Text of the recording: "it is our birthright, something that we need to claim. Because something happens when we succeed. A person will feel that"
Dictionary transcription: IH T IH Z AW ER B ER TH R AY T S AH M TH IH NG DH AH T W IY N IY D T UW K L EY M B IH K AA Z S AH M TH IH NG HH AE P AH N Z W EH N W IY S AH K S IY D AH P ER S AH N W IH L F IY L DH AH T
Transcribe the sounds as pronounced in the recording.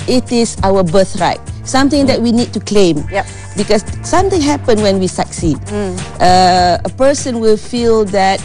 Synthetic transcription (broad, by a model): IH T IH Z AW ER B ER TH R AY T S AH M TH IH NG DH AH T W IY N IY D T UW K L EY M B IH K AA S S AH M T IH NG HH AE P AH N W EH N W IY S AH K S IY D AH P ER S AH N W IH L F IY L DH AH T